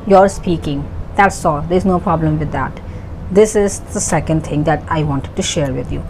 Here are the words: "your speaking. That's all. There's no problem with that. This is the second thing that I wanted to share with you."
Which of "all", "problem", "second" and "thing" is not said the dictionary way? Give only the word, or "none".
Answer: thing